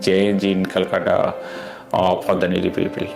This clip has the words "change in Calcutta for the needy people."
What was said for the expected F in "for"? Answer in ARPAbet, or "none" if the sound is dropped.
P